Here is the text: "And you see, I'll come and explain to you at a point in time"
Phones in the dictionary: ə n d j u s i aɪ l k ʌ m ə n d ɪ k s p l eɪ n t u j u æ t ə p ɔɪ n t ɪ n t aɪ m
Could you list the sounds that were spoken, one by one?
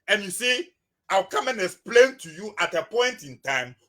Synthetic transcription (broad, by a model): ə n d j u s i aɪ w k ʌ m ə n ɪ k s p l eɪ n t u j u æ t ə p ɔɪ n t ɪ n t aɪ m